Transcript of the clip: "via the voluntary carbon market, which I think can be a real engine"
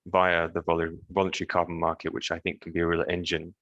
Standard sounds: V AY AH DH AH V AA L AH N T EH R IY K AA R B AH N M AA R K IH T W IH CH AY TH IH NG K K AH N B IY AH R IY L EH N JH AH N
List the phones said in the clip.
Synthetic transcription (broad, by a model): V AY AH DH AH V AA L AH N T EH R IY K AA R B AH N M AA R K IH T W IH CH AY TH IH NG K K AH N B IY AH R IY L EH N JH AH N